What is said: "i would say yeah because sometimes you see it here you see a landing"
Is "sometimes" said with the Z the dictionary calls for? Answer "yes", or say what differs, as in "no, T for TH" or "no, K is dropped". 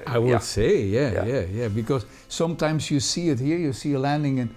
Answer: yes